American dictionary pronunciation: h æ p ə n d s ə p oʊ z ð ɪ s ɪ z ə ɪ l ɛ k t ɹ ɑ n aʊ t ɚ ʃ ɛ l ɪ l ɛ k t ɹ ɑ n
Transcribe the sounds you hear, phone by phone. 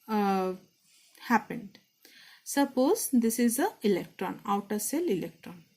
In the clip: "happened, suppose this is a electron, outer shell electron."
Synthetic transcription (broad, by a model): h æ p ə n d s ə p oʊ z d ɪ s ɪ z ə ɪ l ɛ k t ɹ ɑ n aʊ t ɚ s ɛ l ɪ l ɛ k t ɹ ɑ n